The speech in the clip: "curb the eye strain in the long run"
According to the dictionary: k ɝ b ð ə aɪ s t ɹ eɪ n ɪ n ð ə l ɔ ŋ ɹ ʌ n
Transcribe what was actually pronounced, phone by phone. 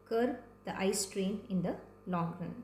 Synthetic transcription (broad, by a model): k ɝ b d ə aɪ s t ɹ eɪ n ɪ n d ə l ɔ ŋ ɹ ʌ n